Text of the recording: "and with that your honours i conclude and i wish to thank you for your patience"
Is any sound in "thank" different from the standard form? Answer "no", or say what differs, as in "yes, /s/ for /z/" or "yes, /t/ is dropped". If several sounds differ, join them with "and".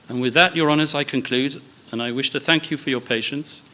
no